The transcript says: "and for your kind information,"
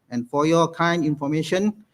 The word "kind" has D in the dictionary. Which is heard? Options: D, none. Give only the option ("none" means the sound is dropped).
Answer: none